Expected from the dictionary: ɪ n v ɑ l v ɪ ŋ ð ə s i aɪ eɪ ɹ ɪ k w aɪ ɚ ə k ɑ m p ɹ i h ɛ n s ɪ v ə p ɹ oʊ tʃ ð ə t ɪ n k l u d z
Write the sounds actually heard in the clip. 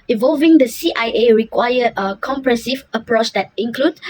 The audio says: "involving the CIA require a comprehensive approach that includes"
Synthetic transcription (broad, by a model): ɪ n v ɑ l v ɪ ŋ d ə s i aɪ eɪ ɹ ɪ k w aɪ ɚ ə k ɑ m p ɹ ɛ s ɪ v ə p ɹ oʊ tʃ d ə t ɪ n k l u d